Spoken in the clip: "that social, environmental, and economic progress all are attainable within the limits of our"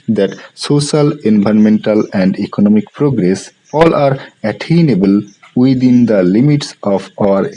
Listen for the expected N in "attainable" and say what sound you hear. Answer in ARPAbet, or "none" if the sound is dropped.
N